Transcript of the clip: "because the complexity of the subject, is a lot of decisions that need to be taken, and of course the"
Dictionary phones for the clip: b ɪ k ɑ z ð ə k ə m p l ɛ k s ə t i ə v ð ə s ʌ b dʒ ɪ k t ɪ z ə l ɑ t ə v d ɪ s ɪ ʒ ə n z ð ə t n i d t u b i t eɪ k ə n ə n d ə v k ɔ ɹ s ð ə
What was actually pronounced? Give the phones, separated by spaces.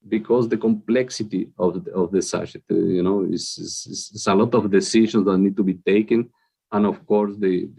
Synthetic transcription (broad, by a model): b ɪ k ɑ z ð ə k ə m p l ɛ k s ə t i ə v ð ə s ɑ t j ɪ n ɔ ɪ s ə l ɑ t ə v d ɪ s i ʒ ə n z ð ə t n i d t u b i t eɪ k ə n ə n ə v k ɔ ɹ s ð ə